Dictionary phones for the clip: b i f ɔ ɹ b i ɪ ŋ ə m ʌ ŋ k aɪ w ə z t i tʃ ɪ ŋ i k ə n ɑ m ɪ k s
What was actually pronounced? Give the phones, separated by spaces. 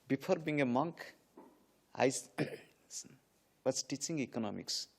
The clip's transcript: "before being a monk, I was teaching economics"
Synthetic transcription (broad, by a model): b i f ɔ ɹ b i ŋ ə m ʌ ŋ k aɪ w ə s t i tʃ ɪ ŋ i k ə n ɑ m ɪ k s